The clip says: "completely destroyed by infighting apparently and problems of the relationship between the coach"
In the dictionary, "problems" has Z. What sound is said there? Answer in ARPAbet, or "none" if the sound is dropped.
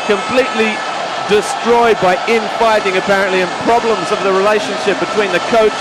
Z